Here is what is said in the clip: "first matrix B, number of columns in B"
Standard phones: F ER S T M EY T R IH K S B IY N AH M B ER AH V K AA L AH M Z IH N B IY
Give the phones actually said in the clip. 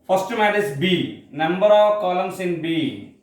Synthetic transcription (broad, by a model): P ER S T M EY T IH S B IY N AH M B ER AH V K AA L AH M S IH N B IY